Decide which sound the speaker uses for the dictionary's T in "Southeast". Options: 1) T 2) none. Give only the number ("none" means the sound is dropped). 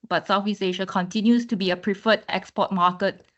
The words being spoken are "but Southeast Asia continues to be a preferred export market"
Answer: 2